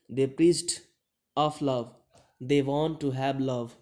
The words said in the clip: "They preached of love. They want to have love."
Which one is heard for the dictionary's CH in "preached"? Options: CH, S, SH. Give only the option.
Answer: S